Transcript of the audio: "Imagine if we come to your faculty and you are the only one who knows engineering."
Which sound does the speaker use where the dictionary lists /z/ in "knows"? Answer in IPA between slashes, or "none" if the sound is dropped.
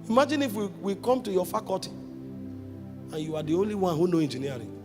none